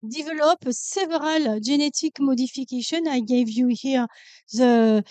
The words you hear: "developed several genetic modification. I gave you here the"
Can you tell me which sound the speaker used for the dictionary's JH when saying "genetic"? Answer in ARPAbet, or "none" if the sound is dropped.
ZH